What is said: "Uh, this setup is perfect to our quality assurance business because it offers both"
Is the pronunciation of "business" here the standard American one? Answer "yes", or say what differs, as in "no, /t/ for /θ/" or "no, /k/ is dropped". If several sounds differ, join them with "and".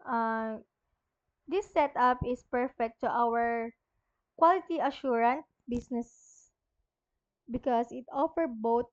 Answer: no, /s/ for /z/